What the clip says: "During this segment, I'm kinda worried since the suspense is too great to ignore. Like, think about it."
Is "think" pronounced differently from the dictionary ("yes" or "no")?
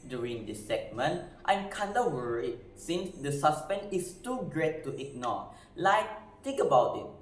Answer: yes